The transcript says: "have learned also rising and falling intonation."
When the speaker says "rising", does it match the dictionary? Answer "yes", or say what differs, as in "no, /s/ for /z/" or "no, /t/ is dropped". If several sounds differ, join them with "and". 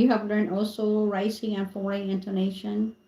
no, /s/ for /z/